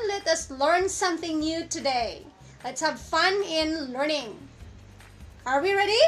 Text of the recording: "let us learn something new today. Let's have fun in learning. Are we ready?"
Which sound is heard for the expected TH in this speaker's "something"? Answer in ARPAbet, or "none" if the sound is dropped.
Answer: TH